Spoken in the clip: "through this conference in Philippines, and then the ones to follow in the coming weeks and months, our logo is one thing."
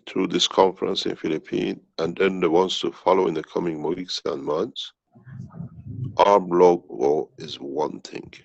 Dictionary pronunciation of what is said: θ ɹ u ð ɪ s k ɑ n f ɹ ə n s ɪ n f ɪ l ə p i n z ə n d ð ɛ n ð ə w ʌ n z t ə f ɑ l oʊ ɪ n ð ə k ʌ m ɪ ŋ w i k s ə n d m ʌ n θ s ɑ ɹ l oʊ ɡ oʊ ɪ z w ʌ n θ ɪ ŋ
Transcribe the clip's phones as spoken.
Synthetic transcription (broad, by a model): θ ɹ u ð ɪ s k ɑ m f ɹ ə n s ɪ n f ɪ l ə p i n ə n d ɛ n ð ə w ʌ n s t ə f ɑ l oʊ ɪ n ð ə k ʌ m ɪ ŋ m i k s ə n m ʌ n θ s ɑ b l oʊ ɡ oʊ ɪ z w ʌ n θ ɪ ŋ